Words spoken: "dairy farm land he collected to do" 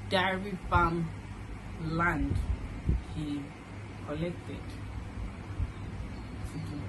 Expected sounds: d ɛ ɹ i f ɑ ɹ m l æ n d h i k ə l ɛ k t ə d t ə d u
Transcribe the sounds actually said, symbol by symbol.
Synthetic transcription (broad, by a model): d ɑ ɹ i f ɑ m l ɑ n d h i k ə l ɛ k t ə d s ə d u